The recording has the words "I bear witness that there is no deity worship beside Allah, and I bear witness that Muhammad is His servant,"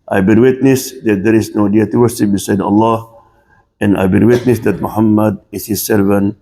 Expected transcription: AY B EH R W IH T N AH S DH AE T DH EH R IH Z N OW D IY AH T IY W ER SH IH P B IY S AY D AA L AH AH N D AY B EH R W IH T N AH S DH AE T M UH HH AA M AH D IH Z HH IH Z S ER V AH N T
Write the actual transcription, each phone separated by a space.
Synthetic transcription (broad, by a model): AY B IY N W IH T N AH S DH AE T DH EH R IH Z N OW D IY AH T IY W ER S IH B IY S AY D AA L AH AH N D AY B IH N W IH T N AH S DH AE T M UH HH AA M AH D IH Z HH IH Z S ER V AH N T